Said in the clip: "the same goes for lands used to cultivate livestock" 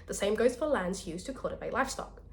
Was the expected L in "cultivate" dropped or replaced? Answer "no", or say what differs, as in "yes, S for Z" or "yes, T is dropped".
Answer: yes, L is dropped